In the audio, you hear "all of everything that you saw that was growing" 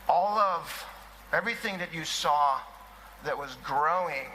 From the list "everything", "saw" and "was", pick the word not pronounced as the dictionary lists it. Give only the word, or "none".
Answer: none